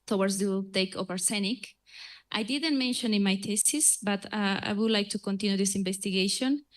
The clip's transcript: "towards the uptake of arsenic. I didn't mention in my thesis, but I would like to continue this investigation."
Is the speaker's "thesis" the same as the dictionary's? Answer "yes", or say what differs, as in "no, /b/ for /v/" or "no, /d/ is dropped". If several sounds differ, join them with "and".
no, /t/ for /θ/